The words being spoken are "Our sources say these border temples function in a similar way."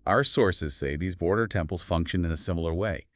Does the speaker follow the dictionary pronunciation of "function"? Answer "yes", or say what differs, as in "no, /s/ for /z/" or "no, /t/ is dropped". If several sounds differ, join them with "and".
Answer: yes